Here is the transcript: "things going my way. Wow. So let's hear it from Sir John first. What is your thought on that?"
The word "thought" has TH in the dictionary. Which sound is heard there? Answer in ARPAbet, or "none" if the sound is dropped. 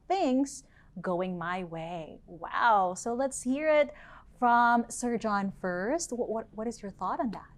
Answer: TH